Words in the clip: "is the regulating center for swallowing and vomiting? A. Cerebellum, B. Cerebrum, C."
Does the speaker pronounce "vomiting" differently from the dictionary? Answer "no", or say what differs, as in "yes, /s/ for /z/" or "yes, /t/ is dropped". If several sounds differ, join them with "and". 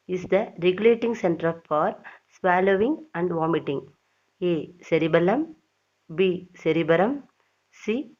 no